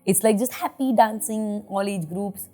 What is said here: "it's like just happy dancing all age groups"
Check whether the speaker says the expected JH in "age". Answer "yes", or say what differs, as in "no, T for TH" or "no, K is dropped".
yes